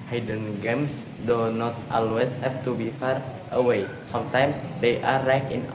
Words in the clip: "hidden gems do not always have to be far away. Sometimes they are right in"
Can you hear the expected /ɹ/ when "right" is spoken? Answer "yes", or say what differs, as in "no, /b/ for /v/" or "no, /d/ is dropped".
no, /l/ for /ɹ/